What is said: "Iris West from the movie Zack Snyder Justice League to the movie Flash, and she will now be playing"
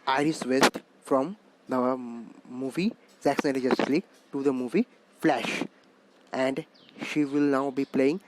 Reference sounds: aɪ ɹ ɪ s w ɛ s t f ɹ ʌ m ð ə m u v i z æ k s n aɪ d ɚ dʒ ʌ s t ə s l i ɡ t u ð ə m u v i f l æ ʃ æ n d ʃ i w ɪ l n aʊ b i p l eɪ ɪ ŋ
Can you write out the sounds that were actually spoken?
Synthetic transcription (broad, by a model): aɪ ɹ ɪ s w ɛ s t f ɹ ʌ m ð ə m u v i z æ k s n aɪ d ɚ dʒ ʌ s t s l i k t u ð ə m u v i f l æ ʃ æ n d ʃ i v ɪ l n aʊ b i p l eɪ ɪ ŋ